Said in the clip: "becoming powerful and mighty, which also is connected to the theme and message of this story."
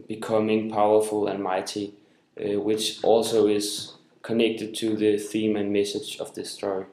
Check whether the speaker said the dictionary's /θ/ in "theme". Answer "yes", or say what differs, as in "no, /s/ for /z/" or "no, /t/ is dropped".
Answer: yes